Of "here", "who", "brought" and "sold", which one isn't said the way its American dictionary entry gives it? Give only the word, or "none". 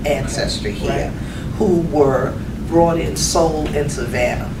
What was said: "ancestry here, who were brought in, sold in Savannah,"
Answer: sold